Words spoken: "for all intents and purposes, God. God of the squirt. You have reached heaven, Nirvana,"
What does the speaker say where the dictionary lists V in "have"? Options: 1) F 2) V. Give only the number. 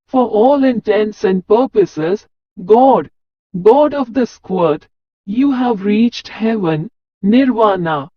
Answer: 2